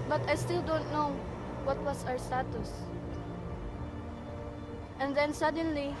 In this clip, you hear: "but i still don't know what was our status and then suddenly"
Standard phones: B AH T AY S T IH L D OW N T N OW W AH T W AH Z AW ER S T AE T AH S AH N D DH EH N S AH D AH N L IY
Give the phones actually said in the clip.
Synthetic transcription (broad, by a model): B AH T AY S T IH L D OW N T N OW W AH T W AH S AW ER S T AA T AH S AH N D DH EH N S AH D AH N L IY